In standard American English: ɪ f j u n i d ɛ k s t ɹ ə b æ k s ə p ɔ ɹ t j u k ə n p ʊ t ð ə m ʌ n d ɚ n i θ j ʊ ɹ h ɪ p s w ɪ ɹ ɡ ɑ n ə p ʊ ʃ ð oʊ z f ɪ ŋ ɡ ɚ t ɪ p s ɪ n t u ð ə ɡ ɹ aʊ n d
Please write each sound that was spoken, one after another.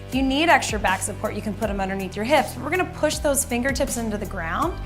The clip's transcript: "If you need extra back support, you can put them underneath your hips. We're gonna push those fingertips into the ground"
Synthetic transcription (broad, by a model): j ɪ n i d ɛ k s t ɹ ə b æ k s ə p ɔ ɹ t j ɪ k ə n p ʊ t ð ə m ʌ n d ɚ n i θ j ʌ ɹ h ɪ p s w ɪ ɹ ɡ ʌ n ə p ʊ ʃ ð oʊ z f ɪ ŋ ɡ ɚ t ɪ p s ɪ n t u ð ə ɡ ɹ aʊ n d